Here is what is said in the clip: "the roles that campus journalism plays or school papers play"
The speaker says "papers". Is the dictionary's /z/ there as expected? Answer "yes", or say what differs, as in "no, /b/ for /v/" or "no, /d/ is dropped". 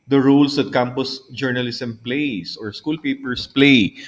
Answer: no, /s/ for /z/